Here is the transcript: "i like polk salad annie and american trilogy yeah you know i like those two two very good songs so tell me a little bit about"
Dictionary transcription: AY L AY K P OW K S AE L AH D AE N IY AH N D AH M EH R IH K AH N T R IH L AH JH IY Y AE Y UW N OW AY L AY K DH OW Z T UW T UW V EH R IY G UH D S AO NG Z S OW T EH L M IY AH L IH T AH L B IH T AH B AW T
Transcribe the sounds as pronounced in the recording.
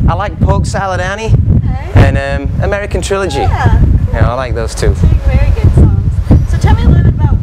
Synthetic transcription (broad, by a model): AY L AY K P OW K S AE L AH D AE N IY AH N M AH M EH R IH K AH N T R IH L AH JH IY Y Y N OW AY L AY K DH OW Z T UW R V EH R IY G UH D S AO Z S OW T EH L M IY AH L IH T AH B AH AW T